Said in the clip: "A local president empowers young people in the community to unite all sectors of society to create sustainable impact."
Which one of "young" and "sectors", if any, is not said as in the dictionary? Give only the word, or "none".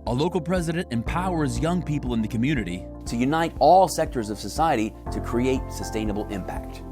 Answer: none